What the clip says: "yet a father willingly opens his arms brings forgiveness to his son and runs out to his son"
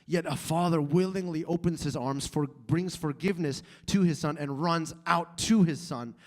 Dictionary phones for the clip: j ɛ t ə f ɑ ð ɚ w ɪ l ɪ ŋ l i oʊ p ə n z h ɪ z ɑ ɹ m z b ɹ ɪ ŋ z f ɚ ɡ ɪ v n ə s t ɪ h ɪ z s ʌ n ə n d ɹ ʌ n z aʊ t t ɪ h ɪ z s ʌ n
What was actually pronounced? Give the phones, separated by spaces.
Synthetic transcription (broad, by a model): j ɛ t ə f ɑ ð ɚ w ɪ l ɪ ŋ l i oʊ p ə n z h ɪ z ɑ ɹ m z b ɹ ɪ ŋ z f ɚ ɡ ɪ v n ə s t ɪ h ɪ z s ʌ n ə n ɹ ʌ n z aʊ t t ɪ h ɪ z s ʌ n